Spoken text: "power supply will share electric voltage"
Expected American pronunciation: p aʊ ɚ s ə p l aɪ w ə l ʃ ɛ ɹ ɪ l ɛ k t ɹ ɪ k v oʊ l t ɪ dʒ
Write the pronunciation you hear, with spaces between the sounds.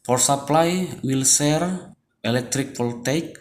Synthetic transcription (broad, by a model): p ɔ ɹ s ə p l aɪ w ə l s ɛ ɹ ɪ l ɛ k t ɹ ɪ k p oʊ l t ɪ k